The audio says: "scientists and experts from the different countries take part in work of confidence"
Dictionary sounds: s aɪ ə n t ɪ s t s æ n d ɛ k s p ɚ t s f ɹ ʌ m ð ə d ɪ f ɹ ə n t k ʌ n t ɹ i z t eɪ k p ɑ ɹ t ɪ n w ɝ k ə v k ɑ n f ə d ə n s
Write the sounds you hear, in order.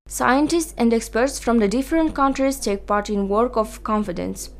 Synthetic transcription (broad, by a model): s aɪ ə n t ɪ s t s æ n d ɛ k s p ɚ t s f ɹ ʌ m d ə d ɪ f ɹ ə n t k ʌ n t ɹ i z t eɪ k p ɑ ɹ t ɪ n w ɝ k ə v k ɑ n f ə d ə n s